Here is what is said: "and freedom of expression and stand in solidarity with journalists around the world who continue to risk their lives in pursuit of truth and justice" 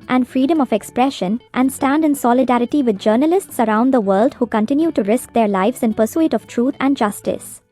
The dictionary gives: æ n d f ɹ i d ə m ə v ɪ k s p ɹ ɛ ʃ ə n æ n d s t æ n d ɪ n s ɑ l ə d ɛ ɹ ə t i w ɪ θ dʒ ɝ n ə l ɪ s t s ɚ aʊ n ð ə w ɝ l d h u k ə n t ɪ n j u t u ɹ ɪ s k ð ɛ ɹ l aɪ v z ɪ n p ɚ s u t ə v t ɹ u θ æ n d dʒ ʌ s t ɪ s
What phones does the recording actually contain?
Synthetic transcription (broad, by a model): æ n d f ɹ i d ə m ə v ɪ k s p ɹ ɛ ʃ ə n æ n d s t æ n d ɪ n s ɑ l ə d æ ɹ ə t i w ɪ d dʒ ɝ n ə l ɪ s t s ɚ aʊ n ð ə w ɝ l d h u k ə n t ɪ n j u t u ɹ ɪ s k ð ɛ ɹ l aɪ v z ɪ n p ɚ s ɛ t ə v t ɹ u t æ n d dʒ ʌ s t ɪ s